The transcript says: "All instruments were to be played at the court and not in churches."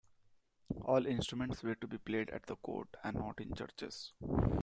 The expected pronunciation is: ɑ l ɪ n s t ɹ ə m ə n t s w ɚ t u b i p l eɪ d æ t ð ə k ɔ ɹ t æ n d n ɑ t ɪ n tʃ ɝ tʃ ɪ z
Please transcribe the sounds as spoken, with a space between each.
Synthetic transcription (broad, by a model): ɑ l ɪ n s t ɹ ə m ə n t s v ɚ t u b i p l eɪ d æ t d ə k ɔ ɹ t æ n n ɑ t ɪ n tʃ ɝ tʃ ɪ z